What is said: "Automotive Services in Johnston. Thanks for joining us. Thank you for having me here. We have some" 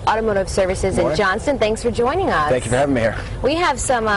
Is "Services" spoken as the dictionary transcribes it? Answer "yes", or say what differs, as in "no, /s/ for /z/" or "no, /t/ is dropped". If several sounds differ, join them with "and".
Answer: yes